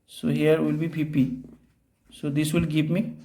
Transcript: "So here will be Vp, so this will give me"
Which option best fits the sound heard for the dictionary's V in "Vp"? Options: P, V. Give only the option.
P